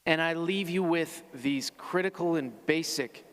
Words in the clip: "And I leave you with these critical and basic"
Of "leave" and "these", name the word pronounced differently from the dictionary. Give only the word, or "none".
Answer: none